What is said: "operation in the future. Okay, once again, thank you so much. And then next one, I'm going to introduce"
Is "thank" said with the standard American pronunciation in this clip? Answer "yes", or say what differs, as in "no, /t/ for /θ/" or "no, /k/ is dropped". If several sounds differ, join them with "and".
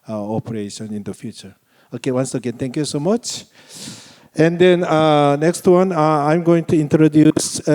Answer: no, /t/ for /θ/